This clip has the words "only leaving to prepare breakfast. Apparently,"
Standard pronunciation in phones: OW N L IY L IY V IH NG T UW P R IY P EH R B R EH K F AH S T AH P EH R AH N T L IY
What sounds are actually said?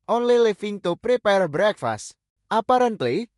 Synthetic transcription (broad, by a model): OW N L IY L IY F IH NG T UW P R IY P EH R B R EH K F AH S T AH P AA R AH N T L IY